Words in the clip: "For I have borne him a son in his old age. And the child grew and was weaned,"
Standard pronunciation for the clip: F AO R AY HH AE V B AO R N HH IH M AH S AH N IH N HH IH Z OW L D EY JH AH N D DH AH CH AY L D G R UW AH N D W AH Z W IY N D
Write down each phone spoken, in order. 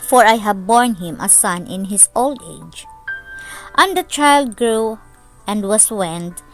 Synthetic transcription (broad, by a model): F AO R AY HH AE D B AO R N HH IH M AH S AH N IH N HH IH S OW L D EY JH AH N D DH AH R AY L D G R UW AH N D W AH S W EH N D